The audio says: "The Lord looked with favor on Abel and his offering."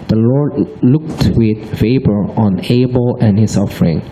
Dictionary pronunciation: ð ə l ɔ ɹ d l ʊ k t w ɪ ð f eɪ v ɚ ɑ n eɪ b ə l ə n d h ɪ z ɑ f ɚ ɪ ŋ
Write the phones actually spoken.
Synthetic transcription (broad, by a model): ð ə l ɔ ɹ d l ʊ k t w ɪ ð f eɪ b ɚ ɑ n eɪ b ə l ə n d h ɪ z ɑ f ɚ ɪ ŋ